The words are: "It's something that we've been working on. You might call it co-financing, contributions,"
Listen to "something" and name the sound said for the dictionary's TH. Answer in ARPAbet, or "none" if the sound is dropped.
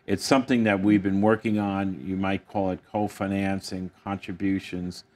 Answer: TH